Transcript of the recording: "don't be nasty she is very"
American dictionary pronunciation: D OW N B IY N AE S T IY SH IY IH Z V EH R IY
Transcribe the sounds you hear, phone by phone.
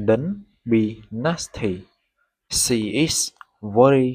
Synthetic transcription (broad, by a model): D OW N B IY N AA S T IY S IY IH S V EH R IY